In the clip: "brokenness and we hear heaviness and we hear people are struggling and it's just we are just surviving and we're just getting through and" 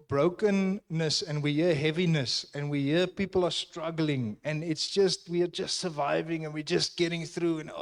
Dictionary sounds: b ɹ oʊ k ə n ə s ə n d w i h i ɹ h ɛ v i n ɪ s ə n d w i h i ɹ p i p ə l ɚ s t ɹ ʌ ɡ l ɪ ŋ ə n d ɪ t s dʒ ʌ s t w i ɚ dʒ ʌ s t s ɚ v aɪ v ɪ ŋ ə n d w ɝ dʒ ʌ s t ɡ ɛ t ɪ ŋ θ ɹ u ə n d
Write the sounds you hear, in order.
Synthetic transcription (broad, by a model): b ɹ oʊ k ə n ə s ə n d w i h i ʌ h ɛ v i n ɪ s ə n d w i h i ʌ p i p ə l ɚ s t ɹ ʌ ɡ l ɪ ŋ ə n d ɪ t s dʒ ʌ s t w i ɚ dʒ ʌ s t s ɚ v aɪ v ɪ ŋ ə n w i dʒ ʌ s t ɡ ɛ t ɪ ŋ θ ɹ u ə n